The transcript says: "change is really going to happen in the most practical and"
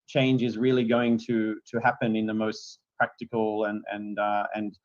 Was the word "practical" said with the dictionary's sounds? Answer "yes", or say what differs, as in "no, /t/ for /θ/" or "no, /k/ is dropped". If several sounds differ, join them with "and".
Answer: no, /n/ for /l/